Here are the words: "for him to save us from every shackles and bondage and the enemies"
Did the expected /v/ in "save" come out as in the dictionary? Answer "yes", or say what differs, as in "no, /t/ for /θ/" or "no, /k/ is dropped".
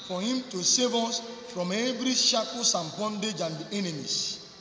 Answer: yes